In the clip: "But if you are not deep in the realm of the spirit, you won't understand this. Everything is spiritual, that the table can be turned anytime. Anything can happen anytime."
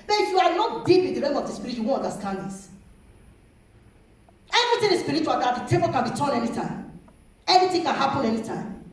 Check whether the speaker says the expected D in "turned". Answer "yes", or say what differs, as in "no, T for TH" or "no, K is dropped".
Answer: no, D is dropped